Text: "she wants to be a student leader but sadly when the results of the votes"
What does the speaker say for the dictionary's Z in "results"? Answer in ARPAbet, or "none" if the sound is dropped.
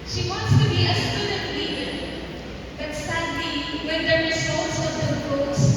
S